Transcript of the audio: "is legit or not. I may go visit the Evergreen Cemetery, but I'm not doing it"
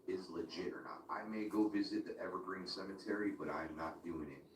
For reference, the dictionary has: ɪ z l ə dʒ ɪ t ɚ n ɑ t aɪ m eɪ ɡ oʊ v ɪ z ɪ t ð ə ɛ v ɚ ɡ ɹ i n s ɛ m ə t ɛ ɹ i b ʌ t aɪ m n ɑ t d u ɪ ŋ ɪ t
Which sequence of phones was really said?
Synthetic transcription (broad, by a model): ɪ z l ə dʒ ɪ t ɚ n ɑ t aɪ m eɪ ɡ oʊ v ɪ z ɪ t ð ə ɛ v ɚ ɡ ɹ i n s ɛ m ə t ɛ ɹ i b ʌ t aɪ m n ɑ t d u ɪ ŋ ɪ t